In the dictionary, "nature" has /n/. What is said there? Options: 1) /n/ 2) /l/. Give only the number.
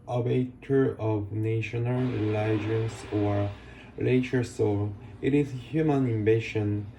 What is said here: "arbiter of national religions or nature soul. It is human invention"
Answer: 2